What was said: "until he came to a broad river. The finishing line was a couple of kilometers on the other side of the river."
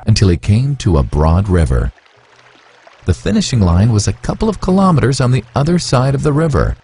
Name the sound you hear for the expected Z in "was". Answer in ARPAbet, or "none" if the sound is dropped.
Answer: Z